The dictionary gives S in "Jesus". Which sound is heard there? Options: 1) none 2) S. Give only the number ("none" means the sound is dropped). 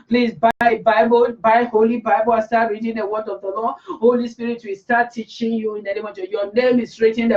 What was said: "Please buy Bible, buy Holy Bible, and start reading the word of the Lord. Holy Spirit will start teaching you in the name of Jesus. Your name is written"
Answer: 1